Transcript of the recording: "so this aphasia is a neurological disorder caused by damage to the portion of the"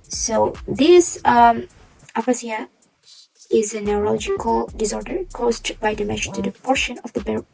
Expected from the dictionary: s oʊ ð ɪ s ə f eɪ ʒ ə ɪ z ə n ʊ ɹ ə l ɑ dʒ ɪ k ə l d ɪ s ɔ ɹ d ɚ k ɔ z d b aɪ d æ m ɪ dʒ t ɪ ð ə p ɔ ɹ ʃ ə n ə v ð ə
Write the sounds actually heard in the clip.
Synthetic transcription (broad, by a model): s oʊ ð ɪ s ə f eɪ s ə ɪ z ə n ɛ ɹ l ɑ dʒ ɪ k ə l d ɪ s ɔ ɹ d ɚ k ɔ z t b aɪ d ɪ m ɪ ʃ t ɪ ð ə p ɔ ɹ ʃ ə n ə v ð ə